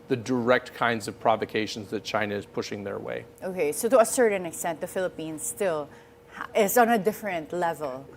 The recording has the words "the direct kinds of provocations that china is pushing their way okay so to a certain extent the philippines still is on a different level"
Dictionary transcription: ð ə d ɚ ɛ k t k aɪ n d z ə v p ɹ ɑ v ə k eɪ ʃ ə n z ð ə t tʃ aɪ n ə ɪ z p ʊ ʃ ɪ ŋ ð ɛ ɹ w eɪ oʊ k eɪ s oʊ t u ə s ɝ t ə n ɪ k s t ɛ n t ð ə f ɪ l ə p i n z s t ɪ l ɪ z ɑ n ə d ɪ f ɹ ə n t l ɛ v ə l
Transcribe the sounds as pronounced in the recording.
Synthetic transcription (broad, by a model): ð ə d ɚ ɛ k t k aɪ n d z ə v p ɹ ɑ v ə k eɪ ʃ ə n z ð ə t tʃ aɪ n ə ɪ z p ʊ ʃ ɪ ŋ ð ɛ ɹ w eɪ oʊ k eɪ s oʊ t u ə s ɝ t ə n ɪ k s t ɛ n t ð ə f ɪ l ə p i n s t ɪ l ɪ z ɑ n ə d ɪ f ɹ ə n t l ɛ v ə l